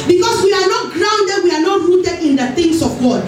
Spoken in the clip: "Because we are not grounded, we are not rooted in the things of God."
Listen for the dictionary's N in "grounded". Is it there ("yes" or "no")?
yes